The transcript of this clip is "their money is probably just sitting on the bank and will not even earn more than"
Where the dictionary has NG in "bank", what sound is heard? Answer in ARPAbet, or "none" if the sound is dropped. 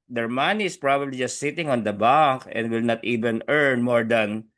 none